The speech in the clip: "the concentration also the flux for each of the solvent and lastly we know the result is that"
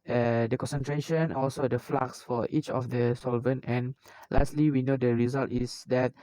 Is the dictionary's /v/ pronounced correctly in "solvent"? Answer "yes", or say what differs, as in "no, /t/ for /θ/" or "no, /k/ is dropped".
yes